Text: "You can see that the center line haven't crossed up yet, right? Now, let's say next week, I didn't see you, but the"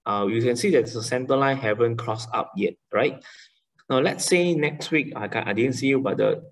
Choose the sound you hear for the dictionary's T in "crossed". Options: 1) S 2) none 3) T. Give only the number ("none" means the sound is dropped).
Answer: 2